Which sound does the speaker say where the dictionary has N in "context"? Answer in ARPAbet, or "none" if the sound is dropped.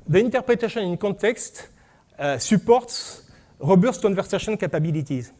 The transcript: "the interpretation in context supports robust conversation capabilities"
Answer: none